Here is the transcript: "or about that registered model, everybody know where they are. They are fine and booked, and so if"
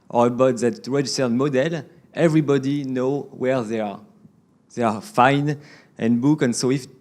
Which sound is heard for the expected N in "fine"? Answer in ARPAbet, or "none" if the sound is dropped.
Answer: N